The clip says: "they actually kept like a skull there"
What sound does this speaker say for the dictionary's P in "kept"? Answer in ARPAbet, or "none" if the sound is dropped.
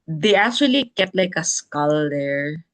none